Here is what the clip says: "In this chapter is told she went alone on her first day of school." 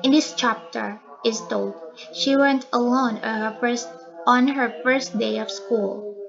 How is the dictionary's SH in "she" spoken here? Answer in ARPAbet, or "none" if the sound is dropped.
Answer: SH